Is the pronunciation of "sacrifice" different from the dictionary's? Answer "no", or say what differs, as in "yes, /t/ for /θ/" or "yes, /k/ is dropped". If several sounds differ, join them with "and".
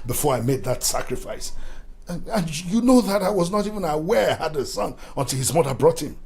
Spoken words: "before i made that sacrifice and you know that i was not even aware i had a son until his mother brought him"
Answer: no